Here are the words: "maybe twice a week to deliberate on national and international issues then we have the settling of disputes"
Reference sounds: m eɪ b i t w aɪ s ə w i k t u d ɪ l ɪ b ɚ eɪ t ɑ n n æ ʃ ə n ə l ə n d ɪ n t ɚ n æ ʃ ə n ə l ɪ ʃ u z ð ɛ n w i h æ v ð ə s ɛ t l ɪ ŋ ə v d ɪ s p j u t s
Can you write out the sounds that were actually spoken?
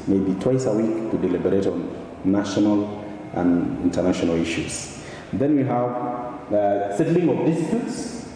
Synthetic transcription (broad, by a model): m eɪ b i t w aɪ s ə w i k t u d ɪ l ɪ b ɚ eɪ t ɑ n n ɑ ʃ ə n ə l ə n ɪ n t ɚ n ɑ ʃ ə n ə l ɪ ʃ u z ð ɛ n w i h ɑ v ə s ɛ t l ɪ ŋ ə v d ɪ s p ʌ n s